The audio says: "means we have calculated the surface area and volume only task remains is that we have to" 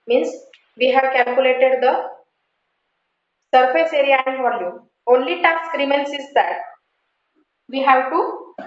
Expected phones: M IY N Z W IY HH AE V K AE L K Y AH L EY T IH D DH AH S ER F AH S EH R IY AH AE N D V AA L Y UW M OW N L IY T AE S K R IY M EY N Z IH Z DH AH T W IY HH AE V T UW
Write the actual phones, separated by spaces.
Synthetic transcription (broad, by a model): M IY N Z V IY HH AE V K AE L K Y AH L EY T IH D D AH S ER F AH S EH R IY AH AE N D V AA L Y UW M OW N L IY T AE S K R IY M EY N S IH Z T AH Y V IY HH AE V T UW